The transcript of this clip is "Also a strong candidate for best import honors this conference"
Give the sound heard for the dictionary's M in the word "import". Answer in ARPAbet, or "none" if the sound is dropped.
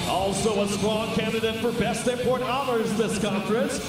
none